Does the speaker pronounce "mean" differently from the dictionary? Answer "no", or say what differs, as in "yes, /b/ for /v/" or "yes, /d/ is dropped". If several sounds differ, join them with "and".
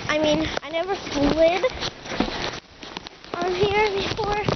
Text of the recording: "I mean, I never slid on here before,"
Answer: no